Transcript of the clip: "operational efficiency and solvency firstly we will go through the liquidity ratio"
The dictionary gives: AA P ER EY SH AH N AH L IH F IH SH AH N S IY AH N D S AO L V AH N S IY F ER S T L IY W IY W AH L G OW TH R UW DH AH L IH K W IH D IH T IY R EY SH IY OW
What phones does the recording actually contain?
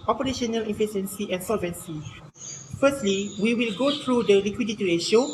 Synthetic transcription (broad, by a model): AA P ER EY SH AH N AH L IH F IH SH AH N S IY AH N S AO L V AH N S IY F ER S T L IY W IY W AH L G OW T R UW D AH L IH K W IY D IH T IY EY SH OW